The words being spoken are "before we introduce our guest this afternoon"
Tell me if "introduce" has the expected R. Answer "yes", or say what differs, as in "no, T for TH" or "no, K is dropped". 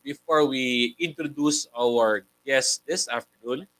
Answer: yes